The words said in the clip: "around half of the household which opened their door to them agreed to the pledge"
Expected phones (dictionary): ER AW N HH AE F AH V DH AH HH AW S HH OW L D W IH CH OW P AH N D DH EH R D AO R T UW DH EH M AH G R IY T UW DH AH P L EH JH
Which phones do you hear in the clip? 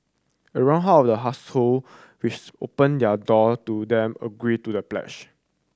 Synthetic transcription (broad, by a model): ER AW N HH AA AH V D AH HH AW S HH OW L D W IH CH OW P AH N D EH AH D AO T UW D EH M AH G R IY T UW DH AH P L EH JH